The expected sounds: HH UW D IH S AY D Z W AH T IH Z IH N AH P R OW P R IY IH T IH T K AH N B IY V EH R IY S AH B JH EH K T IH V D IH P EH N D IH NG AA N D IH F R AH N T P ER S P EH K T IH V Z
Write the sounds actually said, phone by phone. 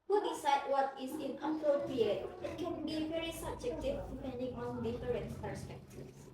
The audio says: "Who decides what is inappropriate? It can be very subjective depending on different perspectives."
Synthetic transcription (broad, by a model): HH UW D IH S AY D W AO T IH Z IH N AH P OW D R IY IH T IH T K AH N B IY V EH R IY S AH B JH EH K T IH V D IH P EH N D IH NG AA N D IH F R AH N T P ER S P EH K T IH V